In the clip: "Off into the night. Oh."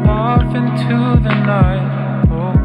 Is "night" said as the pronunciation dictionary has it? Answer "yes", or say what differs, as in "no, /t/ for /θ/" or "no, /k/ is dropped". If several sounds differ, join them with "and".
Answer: no, /t/ is dropped